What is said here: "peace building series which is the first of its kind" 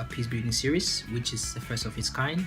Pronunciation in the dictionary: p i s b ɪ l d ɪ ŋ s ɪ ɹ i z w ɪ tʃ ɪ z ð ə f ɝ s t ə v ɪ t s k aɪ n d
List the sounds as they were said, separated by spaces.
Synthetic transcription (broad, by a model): p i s b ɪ d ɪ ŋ s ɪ ɹ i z w ɪ tʃ ɪ z ð ə f ɝ s t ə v ɪ t s k aɪ n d